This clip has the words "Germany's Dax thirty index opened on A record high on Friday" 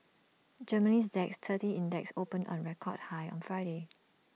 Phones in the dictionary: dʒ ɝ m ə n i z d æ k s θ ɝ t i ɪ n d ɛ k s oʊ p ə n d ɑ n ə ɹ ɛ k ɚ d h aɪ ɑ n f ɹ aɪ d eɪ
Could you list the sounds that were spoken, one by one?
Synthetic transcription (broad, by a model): dʒ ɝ m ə n i s d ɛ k s t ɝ t i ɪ n d ɛ k s oʊ p ə n ɑ n ɹ ɛ k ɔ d h aɪ ɑ n f ɹ aɪ d eɪ